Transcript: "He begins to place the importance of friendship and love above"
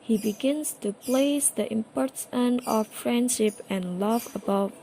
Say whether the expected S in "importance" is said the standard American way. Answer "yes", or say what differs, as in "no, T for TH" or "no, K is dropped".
no, S is dropped